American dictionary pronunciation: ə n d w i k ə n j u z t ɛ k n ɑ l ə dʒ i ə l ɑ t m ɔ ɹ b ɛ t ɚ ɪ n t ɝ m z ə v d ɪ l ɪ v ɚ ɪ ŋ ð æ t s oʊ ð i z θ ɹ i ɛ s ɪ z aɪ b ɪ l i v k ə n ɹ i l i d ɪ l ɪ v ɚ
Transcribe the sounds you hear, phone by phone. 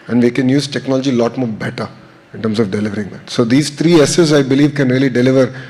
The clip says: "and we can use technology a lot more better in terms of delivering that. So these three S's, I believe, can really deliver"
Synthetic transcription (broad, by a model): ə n d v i k ə n j u z t ɛ k n ɑ l ə dʒ i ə l ɑ t m ɔ ɹ b ɛ t ɚ ɪ n t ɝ m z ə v d ɪ l ɪ v ɚ ɪ ŋ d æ t s oʊ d i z t ɹ i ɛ s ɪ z aɪ b ɪ l i v k ə n ɹ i l i d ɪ l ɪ v ɚ